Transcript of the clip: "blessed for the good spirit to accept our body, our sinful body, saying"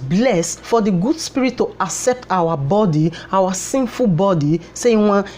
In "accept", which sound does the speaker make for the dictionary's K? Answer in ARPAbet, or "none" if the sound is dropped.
K